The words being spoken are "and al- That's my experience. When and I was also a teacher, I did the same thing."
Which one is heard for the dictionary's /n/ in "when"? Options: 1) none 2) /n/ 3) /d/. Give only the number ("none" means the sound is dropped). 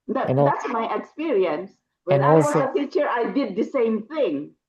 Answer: 1